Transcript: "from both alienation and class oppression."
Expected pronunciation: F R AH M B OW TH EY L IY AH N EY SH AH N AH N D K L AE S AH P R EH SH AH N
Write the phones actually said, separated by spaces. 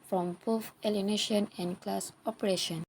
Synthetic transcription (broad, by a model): F R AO M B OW F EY L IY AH N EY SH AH N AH N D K L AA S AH P R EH SH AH N